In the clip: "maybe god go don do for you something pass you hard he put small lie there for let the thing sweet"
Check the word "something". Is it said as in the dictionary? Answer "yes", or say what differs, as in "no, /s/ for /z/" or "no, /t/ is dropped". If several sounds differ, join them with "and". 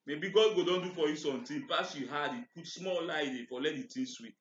no, /t/ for /θ/